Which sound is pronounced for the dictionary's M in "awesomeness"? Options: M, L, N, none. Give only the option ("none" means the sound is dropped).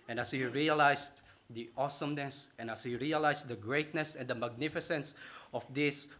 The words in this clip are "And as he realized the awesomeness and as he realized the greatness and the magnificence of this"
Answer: M